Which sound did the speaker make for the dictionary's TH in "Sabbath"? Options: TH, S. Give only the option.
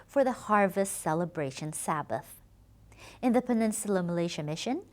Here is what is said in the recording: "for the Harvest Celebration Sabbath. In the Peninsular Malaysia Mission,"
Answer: TH